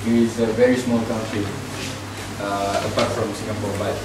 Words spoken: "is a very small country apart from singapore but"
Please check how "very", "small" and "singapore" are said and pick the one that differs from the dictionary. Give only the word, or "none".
singapore